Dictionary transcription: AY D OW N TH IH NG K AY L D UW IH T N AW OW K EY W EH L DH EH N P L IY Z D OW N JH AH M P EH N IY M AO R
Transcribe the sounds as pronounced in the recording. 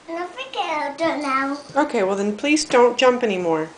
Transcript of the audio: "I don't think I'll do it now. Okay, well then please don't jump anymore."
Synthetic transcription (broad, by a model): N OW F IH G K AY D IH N N AW OW K EY W EH L DH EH N P L IY Z D OW N JH AH M P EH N IY M AO R